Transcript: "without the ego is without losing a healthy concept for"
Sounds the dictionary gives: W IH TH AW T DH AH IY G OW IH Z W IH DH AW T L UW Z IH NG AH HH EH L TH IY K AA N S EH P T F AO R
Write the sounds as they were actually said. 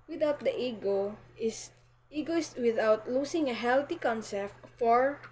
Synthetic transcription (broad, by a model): W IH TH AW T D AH IY G OW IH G W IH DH AW T L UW S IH NG AH HH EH L T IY K AA N S EH P T F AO R